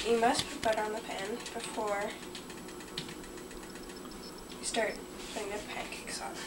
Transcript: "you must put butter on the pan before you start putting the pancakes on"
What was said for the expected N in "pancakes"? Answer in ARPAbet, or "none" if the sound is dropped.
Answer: none